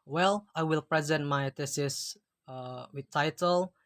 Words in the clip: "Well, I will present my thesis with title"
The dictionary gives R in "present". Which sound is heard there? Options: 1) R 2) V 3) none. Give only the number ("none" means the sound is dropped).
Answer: 1